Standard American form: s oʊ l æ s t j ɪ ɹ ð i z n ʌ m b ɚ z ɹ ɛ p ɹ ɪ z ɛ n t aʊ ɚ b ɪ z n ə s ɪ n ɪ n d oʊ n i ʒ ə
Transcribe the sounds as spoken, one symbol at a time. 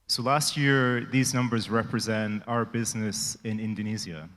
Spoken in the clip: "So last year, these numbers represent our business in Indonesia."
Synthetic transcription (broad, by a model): s oʊ l æ s t j ɪ ɹ ð i z n ʌ m b ɚ z ɹ ɛ p ɹ ɪ z ɛ n t aʊ ɚ b ɪ z n ə s ɪ n ɪ n d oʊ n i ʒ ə